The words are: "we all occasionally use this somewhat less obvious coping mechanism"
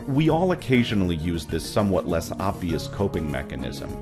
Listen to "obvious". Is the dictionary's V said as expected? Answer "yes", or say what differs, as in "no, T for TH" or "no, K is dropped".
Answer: yes